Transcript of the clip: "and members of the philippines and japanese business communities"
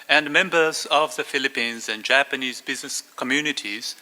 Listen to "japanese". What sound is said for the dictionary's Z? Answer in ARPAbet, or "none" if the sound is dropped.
Z